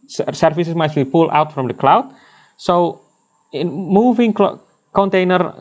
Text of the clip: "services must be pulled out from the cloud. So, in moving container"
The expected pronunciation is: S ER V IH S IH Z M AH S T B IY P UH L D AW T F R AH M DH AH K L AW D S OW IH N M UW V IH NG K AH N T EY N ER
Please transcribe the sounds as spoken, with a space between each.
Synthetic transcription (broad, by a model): S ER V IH S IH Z M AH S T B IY P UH L AW T F R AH M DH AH K L AW D S OW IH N M UW V IH NG K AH N T EY N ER